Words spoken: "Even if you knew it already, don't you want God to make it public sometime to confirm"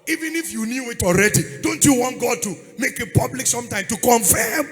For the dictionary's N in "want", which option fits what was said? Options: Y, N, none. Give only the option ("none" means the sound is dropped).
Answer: N